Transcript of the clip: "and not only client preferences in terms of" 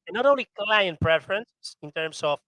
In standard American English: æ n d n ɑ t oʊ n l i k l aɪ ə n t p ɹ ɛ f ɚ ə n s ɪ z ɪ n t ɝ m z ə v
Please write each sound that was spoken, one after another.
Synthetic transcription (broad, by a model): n n ɑ t oʊ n l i k l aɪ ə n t p ɹ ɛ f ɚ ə n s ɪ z ɪ n t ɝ m s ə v